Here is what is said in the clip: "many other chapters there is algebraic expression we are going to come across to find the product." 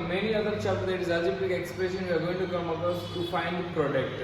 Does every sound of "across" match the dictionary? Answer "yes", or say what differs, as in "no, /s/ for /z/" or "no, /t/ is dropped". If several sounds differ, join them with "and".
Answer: no, /ɹ/ is dropped